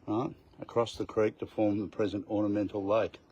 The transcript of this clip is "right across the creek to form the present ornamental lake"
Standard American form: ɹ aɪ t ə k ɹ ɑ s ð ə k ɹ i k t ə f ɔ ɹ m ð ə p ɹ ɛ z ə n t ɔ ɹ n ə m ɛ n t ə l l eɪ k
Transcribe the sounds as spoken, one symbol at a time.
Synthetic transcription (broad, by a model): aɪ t ə k ɹ ɑ s ð ə k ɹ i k t ə f ɔ ɹ m ð ə p ɹ ɛ z ə n t ɔ ɹ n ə m ɛ n t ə l l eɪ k